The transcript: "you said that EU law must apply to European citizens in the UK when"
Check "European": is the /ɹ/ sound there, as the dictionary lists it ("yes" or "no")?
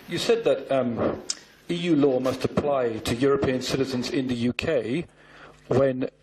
yes